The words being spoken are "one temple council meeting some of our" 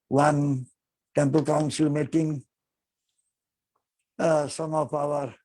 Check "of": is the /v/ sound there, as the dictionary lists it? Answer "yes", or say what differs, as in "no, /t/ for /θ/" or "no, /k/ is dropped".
no, /p/ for /v/